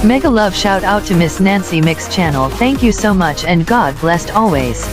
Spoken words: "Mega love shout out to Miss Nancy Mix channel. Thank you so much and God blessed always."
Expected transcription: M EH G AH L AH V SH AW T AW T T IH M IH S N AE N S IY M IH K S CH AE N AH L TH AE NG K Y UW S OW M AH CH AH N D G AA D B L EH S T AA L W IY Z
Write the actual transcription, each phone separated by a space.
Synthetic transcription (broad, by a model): M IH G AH L AH V SH AW T AW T T IH M IH S N AE N S IY M IH K S CH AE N L TH AE NG K Y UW S OW M AH CH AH N G AA D B L EH S T AA L W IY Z